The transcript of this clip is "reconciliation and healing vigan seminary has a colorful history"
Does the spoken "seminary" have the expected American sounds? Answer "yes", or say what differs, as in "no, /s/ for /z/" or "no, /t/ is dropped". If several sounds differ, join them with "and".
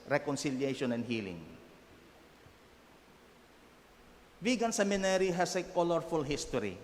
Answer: yes